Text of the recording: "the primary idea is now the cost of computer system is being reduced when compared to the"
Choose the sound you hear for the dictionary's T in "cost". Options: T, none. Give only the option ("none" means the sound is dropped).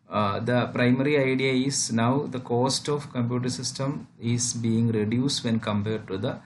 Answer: T